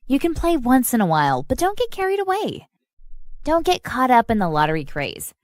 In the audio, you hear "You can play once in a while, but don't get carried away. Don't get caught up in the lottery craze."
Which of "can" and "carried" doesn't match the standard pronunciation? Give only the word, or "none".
none